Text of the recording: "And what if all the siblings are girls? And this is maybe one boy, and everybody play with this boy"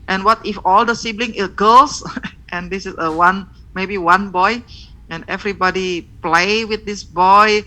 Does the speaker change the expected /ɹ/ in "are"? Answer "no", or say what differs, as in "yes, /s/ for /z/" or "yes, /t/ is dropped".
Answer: yes, /l/ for /ɹ/